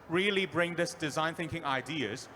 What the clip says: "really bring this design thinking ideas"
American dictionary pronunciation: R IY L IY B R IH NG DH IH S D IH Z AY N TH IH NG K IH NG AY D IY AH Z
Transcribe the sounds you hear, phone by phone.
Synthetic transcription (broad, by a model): R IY L IY B R IH NG DH IH S D IH Z AY N TH IH NG K IH NG AY D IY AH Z